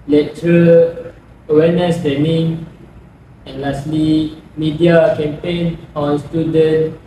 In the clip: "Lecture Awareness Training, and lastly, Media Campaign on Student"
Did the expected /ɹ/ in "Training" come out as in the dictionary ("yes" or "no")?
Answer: no